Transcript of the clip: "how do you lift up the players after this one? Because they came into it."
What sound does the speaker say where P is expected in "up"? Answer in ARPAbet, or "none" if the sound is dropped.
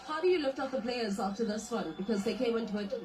F